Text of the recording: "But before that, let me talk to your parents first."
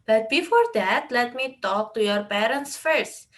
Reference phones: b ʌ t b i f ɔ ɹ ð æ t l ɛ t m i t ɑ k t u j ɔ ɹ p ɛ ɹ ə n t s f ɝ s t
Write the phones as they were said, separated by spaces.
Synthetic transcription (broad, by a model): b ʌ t b i f ɔ ɹ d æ t l ɛ t m i t ɑ k t u j ɔ ɹ p ɛ ɹ ə n t s f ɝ s t